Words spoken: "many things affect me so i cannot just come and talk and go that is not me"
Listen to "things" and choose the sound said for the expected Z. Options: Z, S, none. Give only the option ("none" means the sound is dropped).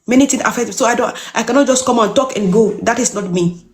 none